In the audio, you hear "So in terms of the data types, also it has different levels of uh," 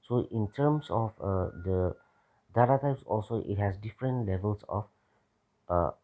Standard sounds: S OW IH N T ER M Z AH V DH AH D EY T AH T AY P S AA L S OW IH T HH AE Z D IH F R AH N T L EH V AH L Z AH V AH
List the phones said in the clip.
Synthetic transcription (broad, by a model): S OW IH N T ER M S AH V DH AH D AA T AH T AY P S AA L S OW IH T HH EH S D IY F R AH N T L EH V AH L S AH F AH